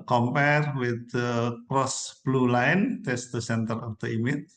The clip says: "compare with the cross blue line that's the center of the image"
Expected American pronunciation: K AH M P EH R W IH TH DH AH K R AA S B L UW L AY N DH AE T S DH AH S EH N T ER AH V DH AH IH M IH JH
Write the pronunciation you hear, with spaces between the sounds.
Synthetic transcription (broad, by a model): K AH M P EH R W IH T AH K R AA S B L UW L AY N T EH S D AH S EH N T ER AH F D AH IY M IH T